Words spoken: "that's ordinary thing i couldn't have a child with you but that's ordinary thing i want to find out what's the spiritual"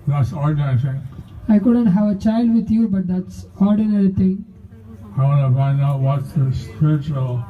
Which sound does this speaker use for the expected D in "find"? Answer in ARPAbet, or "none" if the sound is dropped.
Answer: none